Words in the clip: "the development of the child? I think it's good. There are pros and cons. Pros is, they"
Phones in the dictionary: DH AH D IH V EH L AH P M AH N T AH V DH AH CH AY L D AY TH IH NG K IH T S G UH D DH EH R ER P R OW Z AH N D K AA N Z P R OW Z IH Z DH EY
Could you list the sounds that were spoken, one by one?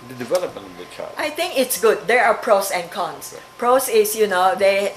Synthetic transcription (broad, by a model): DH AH D IH V EH L AH P M AH N T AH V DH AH CH AY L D AY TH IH NG K IH T S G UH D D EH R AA P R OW S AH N K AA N S P R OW S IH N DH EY